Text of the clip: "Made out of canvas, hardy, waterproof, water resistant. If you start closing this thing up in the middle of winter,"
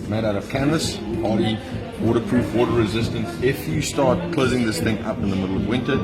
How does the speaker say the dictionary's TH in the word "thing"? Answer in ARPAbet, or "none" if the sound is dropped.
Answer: TH